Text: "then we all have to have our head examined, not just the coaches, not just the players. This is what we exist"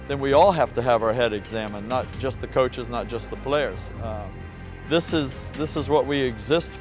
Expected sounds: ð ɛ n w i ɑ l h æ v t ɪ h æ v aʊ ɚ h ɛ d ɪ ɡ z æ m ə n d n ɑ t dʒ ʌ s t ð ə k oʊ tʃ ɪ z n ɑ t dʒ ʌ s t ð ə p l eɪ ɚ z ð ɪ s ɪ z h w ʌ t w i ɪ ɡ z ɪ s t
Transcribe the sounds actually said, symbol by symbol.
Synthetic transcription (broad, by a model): ð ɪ n w i ɑ l h æ f t ɪ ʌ v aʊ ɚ h ɛ d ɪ ɡ z æ m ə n n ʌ t dʒ ʌ s t ð ə k oʊ tʃ ɪ z n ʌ t dʒ ʌ s t ð ə p l eɪ ɚ z ð ɪ s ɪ z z w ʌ t w i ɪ ɡ z ɪ s t